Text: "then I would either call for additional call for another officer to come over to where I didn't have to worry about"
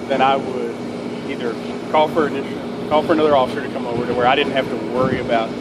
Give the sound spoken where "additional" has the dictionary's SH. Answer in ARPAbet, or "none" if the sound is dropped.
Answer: none